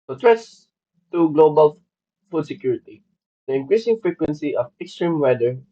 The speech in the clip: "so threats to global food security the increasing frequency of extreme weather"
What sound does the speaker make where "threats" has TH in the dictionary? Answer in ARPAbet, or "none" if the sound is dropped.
T